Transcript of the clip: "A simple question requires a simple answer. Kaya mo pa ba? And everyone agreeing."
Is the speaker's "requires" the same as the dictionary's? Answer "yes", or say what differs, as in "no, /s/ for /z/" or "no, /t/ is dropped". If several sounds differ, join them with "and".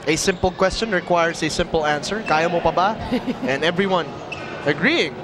no, /s/ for /z/